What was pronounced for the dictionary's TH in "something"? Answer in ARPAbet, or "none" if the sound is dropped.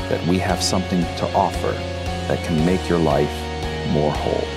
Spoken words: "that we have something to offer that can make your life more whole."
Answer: TH